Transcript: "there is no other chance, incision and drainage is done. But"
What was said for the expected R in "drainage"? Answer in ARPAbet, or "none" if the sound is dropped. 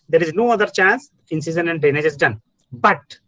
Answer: none